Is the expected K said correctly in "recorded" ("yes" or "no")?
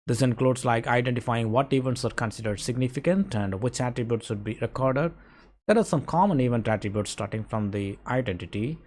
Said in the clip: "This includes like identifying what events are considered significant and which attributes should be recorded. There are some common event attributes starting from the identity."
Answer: yes